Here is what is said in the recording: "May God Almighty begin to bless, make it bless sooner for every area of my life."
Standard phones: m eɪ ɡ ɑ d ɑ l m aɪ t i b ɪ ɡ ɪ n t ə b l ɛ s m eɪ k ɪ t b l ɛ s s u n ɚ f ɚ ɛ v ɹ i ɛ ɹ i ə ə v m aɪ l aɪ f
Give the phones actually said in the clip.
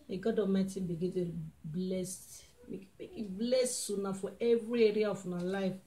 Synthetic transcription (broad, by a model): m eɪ ɡ ɑ d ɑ m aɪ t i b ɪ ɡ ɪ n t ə b l ɛ s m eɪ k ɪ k b l ɛ s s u n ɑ f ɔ ɛ v ɹ i ɛ ɹ i ə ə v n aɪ l aɪ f